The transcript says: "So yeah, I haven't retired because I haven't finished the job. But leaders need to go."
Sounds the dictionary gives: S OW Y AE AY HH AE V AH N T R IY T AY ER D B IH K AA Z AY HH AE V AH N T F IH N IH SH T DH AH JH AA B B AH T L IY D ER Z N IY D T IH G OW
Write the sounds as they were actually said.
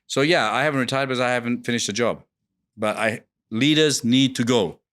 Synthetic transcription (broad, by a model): S OW Y AE AY HH AE V AH N T R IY T AY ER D B IH K AA Z AY HH AE V AH N T F IH N IH SH T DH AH JH AA B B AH T L IY D ER Z N IY D T IH G OW